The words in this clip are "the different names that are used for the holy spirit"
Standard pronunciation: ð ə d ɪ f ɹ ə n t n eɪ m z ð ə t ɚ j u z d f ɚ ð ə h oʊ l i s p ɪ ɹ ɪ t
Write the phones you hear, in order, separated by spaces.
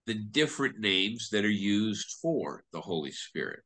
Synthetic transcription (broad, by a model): ð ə d ɪ f ɹ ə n n eɪ m z ð ə t ɚ j u z d f ɚ ð ə h oʊ l i s p ɪ ɹ ɪ t